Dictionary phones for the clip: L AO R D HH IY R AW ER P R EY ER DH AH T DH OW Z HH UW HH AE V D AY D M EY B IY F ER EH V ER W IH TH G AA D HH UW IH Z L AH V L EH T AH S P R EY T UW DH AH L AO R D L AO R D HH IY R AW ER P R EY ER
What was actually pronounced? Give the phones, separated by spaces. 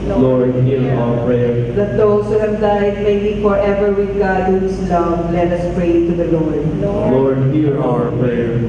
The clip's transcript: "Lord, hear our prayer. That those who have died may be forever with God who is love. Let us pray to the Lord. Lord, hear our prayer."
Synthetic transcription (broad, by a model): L AO R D HH IY R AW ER P R EY ER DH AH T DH OW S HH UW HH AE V D AY D M EY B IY F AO EH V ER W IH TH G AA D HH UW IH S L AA W L EH T AH S P R EY T UW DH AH L AO R D L AO R D HH IY R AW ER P R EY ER